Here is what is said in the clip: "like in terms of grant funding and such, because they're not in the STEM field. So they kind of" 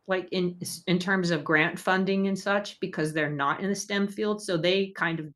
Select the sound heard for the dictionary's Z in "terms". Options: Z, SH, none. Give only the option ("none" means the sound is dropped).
Z